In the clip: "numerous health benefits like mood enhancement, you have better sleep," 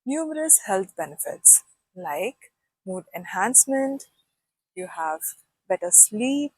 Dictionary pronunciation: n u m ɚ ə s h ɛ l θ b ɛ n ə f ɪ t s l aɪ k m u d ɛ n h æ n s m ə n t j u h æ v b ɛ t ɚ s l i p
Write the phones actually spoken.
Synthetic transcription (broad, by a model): n u m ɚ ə s h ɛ l t b ɛ n ə f ɪ t s l aɪ k m u d ɛ n h æ n s m ə n t j u h æ v b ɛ t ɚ s l i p